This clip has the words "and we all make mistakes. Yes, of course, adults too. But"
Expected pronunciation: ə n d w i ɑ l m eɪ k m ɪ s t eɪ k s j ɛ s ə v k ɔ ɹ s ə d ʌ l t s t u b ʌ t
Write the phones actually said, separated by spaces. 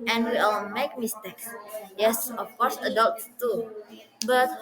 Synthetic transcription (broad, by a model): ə n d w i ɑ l m eɪ k m ɪ s t eɪ k s j ɛ s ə f k ɔ ɹ s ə d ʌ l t t u b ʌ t